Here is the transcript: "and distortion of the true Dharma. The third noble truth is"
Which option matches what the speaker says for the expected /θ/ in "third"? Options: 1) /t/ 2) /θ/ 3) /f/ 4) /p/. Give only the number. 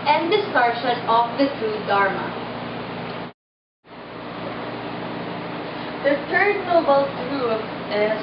1